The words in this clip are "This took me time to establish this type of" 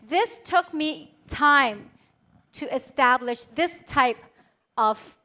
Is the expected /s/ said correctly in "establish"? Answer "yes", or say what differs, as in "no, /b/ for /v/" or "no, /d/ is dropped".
yes